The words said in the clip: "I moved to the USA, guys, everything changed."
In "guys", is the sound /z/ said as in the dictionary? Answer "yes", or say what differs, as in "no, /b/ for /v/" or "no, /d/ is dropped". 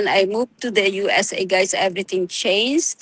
no, /s/ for /z/